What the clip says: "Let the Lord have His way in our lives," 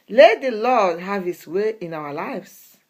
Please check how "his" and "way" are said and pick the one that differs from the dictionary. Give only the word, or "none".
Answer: his